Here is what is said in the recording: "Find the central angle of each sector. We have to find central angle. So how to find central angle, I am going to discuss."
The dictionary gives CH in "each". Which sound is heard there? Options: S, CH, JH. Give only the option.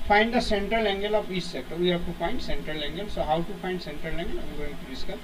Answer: S